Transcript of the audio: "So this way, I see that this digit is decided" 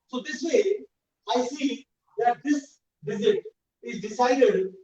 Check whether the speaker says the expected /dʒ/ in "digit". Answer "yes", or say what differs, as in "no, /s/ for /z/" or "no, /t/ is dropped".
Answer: no, /z/ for /dʒ/